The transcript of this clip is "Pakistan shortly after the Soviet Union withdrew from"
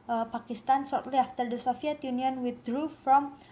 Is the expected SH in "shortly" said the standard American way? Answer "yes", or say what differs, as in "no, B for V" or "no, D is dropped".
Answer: no, S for SH